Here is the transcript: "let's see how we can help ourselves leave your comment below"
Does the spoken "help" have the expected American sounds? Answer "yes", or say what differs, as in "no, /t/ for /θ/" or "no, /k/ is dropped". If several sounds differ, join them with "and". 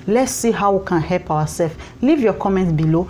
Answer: yes